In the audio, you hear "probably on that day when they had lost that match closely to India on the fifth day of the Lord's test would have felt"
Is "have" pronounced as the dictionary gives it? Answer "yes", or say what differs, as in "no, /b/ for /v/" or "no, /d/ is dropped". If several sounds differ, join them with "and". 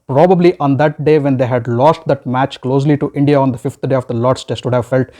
yes